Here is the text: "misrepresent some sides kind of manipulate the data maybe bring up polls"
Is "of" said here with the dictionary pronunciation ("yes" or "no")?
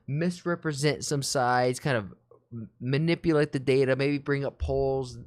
yes